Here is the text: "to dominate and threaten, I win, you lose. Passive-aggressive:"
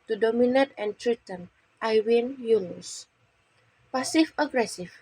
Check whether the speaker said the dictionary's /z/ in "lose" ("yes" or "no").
no